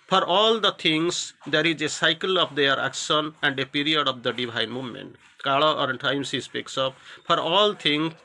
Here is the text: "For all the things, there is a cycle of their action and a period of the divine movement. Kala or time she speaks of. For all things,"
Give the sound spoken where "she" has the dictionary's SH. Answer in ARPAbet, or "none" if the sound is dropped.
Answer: S